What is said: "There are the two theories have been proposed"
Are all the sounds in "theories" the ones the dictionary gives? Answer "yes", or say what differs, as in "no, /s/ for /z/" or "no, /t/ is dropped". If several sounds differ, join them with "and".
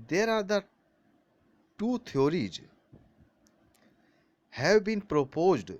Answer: no, /t/ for /θ/